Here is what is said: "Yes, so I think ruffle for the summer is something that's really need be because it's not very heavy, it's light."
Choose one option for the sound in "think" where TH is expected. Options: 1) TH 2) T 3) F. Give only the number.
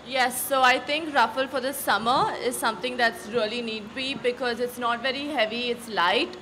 2